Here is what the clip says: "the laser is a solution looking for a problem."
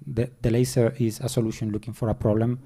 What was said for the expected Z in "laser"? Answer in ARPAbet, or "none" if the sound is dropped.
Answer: S